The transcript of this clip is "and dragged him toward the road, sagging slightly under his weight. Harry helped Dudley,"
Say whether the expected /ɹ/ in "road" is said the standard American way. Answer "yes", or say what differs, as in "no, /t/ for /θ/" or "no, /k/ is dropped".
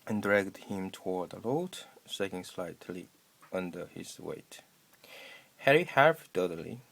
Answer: no, /l/ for /ɹ/